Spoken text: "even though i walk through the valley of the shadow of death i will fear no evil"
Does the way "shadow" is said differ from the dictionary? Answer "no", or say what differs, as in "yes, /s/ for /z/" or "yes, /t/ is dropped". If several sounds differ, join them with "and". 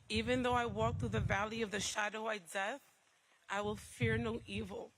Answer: no